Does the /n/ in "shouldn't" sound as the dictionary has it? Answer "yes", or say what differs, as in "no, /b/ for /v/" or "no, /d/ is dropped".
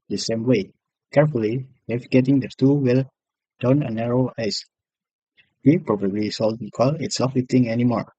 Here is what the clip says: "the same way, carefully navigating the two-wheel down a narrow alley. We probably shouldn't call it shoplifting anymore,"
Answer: no, /l/ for /n/